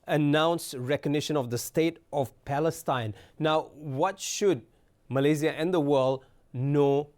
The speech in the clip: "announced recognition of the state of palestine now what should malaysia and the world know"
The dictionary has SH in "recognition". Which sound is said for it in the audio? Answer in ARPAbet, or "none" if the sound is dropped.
SH